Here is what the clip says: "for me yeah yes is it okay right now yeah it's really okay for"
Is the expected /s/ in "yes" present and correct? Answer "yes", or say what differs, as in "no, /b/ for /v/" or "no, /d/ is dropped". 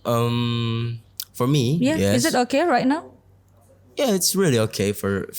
no, /s/ is dropped